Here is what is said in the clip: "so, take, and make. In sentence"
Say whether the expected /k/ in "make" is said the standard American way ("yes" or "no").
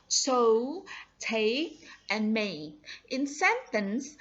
no